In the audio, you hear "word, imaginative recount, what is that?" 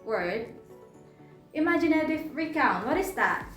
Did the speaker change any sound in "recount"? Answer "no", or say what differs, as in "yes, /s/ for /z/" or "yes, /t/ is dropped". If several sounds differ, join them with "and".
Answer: no